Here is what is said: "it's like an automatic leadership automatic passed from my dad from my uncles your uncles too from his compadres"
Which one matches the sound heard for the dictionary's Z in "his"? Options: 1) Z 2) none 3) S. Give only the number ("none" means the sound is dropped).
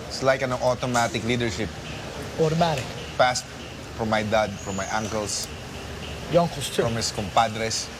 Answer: 3